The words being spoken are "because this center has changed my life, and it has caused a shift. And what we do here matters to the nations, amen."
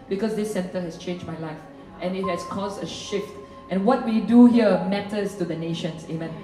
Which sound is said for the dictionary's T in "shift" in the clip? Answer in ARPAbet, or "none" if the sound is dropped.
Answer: T